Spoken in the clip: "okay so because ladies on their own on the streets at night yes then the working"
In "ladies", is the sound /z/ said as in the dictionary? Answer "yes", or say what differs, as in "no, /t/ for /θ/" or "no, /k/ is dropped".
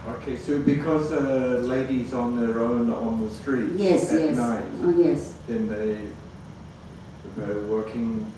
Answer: yes